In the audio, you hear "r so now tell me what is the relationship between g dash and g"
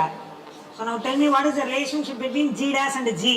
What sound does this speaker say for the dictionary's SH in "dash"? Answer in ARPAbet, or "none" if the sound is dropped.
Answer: S